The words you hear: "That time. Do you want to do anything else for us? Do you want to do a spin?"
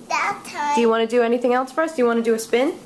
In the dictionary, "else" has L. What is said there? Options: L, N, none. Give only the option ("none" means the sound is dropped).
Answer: L